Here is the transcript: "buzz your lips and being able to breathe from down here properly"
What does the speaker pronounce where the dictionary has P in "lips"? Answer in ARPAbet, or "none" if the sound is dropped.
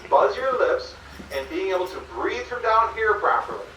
P